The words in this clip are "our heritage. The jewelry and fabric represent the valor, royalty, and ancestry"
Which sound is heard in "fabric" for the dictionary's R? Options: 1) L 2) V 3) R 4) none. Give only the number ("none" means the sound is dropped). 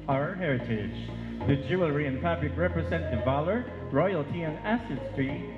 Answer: 1